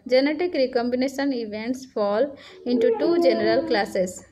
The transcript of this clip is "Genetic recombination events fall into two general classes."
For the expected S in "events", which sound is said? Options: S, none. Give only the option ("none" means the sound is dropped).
S